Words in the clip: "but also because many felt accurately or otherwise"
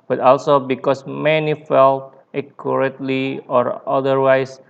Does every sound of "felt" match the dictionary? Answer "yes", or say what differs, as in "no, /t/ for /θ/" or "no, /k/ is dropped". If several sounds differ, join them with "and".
yes